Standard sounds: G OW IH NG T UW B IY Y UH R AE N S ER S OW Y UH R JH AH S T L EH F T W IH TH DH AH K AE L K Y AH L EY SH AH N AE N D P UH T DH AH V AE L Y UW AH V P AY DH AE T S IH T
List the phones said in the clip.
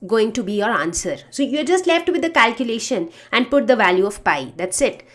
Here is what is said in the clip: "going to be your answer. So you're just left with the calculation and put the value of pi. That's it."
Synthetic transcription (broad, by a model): G OW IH NG T UW B IY Y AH R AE N S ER S OW Y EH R JH AH S T L EH F T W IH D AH K AE L K Y AH L EY SH AH N AE N D P UH T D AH V AE L Y UW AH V P AY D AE T S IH T